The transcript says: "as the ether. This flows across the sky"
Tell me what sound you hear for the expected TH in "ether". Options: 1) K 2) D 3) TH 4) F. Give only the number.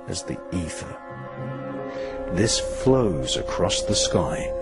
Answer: 3